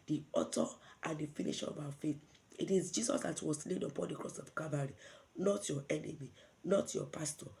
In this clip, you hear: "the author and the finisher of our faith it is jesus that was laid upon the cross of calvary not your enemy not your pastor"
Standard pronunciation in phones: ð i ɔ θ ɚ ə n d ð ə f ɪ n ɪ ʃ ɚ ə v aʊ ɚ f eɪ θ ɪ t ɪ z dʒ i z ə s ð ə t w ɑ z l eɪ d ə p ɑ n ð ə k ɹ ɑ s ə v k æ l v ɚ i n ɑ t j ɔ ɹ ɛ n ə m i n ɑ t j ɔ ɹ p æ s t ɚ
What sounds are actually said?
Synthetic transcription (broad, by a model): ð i ɔ t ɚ ə n d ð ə f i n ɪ ʃ ə v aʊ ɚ f eɪ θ ɪ t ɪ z dʒ i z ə s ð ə t w ɑ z l eɪ d ə p ɑ n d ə k ɹ ɑ s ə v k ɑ v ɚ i n ɑ t j ɔ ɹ ɛ n ə m i n ɑ t j ɔ p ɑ s t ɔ